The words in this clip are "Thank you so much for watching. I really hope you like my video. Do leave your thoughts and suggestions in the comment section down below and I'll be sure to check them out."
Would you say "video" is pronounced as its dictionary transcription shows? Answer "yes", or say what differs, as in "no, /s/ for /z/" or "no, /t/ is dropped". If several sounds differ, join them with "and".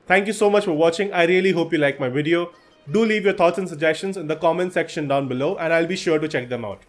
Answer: yes